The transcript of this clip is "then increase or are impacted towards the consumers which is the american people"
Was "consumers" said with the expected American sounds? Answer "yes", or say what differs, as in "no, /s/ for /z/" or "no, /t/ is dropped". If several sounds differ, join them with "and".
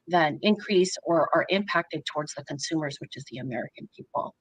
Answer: yes